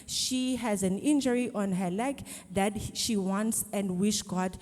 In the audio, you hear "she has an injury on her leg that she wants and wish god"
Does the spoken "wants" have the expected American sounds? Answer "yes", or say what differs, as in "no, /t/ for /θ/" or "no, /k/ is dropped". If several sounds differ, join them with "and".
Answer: yes